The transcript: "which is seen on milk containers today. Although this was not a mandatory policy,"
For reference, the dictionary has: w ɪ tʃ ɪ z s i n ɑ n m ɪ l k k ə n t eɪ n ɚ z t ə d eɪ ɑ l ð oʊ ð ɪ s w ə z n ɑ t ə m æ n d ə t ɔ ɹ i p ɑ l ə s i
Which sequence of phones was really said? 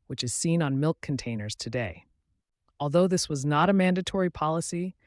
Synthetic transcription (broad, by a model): w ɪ tʃ ɪ z s i n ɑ n m ɪ l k k n t eɪ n ɚ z t ə d eɪ ɑ l ð oʊ ð ɪ s w ə z n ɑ t ə m æ n d ə t ɔ ɹ i p ɑ l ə s i